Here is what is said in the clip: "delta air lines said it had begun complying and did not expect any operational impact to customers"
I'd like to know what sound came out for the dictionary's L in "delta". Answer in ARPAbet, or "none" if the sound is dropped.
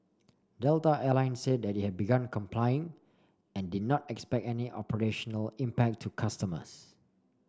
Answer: L